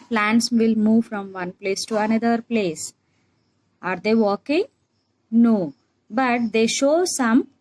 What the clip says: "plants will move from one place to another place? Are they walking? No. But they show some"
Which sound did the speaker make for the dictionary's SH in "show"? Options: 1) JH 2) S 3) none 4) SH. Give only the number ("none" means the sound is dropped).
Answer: 4